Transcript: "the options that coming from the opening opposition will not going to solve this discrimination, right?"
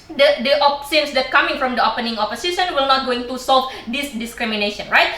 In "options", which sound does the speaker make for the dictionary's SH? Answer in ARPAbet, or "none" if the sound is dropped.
S